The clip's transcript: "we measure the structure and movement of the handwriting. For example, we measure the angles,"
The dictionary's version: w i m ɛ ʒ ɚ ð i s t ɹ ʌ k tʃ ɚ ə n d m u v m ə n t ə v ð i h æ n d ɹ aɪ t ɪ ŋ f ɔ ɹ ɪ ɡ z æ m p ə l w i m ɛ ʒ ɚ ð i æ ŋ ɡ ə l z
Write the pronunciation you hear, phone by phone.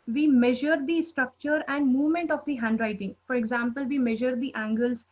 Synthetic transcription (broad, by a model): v i m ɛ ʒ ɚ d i s t ɹ ʌ k tʃ ɚ ə n d m u v m ə n t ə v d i h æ n d ɹ aɪ t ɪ ŋ f ɔ ɹ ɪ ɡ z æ m p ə l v i m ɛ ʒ ɚ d i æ ŋ ɡ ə l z